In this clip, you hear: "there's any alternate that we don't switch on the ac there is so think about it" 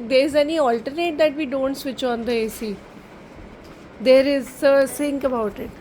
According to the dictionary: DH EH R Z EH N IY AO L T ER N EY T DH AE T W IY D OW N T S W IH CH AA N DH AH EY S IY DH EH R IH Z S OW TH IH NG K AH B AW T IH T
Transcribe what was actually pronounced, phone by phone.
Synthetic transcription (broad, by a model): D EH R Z EH N IY AO L T ER N EY T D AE T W IY D OW N T S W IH CH AA N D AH EY S IY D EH R IH Z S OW S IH NG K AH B AW T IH T